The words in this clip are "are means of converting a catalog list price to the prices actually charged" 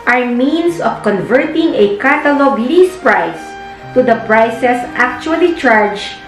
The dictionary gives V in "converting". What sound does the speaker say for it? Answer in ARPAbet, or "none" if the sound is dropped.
V